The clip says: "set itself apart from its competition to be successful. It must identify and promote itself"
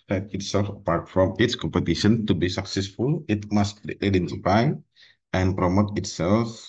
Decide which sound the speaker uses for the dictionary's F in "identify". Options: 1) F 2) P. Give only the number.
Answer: 2